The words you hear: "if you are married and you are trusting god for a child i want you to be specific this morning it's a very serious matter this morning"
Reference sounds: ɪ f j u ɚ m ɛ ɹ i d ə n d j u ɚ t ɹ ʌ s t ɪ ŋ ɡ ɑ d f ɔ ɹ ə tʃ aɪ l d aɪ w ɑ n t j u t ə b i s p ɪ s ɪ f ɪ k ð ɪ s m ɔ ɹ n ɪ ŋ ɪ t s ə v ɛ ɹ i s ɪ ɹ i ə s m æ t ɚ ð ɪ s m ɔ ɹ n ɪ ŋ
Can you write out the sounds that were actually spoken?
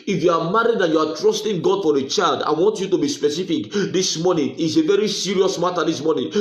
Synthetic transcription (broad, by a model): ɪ f j u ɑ m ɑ ɹ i d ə n j u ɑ t ɹ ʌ s t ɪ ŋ ɡ ɑ d f ɔ ɹ ə tʃ aɪ l d aɪ w ɑ n t j u t ə b i s p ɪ s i f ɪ k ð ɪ s m ɔ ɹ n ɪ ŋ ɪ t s ə v ɛ ɹ i s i ɹ i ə s m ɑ t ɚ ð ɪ s m ɔ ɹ n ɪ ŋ